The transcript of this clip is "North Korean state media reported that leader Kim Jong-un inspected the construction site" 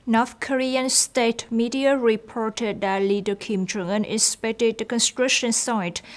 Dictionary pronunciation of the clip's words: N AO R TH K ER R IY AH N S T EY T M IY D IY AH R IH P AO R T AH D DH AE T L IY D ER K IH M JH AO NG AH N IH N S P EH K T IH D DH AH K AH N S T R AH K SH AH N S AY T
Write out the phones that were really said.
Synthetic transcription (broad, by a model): N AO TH K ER R IY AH N S T EY T M IY D IY AH R IH P AO R T AH D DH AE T L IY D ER K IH M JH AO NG AH N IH S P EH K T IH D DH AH K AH N S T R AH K SH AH N S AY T